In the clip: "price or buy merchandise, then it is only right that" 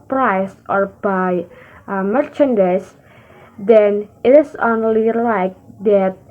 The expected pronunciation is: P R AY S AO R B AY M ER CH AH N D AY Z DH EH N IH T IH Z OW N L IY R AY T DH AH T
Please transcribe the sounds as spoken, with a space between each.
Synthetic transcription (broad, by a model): P R AY S AO R B AY M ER CH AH N D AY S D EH N IH T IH S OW N L IY L AY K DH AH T